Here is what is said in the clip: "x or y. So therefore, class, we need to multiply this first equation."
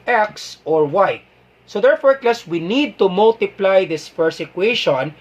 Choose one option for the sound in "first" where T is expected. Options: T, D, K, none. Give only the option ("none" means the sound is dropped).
none